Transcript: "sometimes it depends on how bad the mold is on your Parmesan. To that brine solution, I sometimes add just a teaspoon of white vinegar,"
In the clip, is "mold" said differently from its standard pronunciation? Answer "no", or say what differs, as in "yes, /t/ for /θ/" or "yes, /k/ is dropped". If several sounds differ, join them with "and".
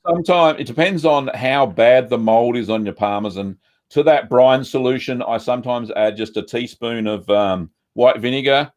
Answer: no